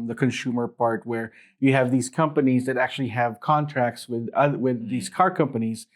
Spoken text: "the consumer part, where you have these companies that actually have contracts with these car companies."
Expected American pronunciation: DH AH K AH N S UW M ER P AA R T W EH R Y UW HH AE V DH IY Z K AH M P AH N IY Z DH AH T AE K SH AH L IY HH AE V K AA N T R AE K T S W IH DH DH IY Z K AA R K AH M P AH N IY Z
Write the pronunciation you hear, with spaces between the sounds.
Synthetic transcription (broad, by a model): DH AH K AH N S UW M ER P AA R T W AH R Y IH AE V DH IY Z K AH M P AH N IY Z DH AH T AE K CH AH L IY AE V K AA N T R AE K T S W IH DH DH IY Z K AA R K AH M P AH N IY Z